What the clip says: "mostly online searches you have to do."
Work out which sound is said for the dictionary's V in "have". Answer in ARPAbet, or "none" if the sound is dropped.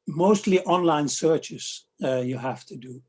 F